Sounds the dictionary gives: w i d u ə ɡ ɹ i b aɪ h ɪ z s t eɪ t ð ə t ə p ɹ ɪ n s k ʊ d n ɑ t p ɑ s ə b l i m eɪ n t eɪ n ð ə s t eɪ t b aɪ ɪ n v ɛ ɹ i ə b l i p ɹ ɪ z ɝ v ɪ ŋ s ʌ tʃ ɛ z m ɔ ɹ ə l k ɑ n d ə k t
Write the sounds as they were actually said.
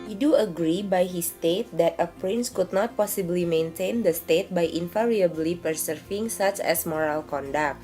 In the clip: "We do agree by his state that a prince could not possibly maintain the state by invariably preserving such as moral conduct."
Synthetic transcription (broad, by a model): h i d u ə ɡ ɹ i b aɪ h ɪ s t eɪ t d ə t ə p ɹ ɪ n s k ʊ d n ɑ t p ɑ s ə b l i m eɪ n t eɪ n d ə s t eɪ t b aɪ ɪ n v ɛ ɹ i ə b l i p ɹ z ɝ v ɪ ŋ s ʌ tʃ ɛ s m ɔ ɹ ə l k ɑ n d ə k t